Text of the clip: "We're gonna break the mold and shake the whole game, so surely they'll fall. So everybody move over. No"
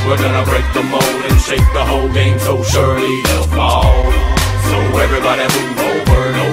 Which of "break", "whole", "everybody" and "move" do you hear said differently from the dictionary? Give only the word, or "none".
move